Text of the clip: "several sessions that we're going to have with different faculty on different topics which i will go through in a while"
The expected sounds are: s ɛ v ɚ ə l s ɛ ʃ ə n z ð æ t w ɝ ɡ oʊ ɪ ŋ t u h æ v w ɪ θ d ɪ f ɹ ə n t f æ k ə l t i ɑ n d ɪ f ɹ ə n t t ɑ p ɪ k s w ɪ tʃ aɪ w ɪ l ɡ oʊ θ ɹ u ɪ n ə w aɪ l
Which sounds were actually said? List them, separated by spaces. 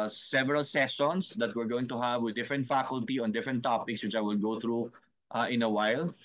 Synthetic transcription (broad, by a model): s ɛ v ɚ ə l s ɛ s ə n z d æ t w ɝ ɡ oʊ ɪ ŋ t u h æ v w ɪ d d ɪ f ɹ ə n t f æ k ə l t i ɑ n d ɪ f ɹ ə n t t ɑ p ɪ k s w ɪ tʃ aɪ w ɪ l ɡ oʊ t ɹ u ɪ n ə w aɪ l